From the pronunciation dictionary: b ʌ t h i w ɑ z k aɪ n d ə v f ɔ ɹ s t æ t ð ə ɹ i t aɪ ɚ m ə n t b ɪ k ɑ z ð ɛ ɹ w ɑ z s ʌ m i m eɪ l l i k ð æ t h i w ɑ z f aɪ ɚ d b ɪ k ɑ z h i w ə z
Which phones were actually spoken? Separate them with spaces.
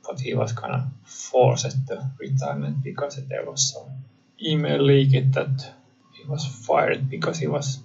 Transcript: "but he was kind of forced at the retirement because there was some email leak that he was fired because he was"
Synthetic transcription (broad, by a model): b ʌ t h i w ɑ s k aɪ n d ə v f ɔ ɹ s ʌ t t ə ɹ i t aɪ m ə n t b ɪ k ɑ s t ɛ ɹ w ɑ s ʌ i m eɪ l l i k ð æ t h i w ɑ s f aɪ ɚ d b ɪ k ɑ s h i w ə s